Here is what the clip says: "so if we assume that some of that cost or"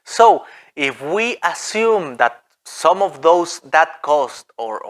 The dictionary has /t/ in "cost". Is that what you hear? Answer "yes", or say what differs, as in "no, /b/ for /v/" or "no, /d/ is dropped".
yes